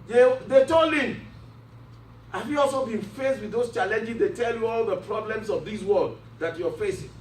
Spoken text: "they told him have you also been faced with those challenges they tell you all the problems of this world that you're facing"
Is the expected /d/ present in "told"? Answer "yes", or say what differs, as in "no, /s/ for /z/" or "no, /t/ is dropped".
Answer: no, /d/ is dropped